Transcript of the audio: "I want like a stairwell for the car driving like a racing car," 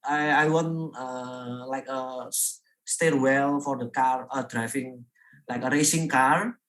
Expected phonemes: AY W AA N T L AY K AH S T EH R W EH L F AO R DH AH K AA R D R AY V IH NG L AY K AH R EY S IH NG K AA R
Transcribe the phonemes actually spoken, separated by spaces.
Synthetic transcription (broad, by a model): AY W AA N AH L AY K AH S T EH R W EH L F AO R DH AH K AA R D R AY F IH NG L AY K AH R EY S IH NG K AA R